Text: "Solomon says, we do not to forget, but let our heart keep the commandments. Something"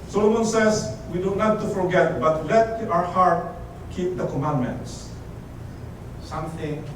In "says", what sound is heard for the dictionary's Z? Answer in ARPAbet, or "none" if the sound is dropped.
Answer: S